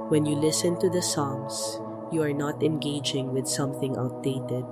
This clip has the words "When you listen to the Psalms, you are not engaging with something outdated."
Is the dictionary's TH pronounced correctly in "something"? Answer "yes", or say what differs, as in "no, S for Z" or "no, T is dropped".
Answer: yes